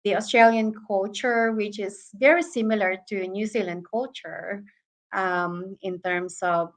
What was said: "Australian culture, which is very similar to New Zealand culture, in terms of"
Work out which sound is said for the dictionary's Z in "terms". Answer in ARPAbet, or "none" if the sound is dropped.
S